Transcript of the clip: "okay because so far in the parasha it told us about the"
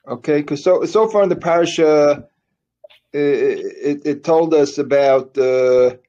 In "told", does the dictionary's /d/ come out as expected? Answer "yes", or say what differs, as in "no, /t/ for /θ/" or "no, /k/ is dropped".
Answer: yes